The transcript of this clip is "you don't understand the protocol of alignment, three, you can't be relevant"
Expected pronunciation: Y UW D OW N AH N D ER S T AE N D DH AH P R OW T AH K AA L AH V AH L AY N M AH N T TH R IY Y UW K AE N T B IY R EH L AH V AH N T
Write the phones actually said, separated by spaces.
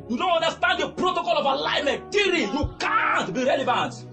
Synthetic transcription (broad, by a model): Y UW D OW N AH N D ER S T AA N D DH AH P R OW T AH K AA L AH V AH L AY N M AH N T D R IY Y UW K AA N T B IY R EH L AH V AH N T